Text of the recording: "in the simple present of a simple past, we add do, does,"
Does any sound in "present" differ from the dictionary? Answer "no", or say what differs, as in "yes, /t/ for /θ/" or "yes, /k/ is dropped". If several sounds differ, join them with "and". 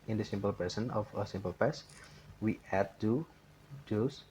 yes, /ɹ/ is dropped and /s/ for /z/ and /t/ is dropped